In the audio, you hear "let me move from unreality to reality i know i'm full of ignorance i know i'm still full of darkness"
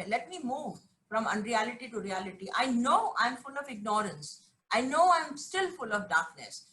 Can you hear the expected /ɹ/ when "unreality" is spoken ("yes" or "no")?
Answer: yes